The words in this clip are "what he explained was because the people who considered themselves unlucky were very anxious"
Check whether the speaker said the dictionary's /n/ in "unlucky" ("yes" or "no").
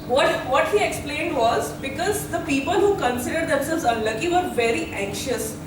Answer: yes